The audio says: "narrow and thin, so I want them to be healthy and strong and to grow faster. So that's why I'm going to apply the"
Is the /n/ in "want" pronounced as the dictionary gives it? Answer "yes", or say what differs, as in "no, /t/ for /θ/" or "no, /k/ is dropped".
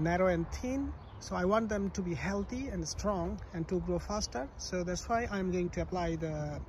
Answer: yes